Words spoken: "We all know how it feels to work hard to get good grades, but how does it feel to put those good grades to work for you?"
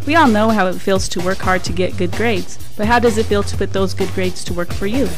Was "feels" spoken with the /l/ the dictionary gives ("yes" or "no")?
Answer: yes